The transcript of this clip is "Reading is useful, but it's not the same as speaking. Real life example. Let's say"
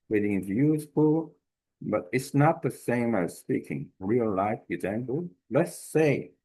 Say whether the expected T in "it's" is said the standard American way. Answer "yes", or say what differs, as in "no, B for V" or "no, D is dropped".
yes